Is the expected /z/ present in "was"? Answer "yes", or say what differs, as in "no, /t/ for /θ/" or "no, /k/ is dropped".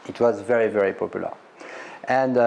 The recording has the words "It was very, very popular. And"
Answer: yes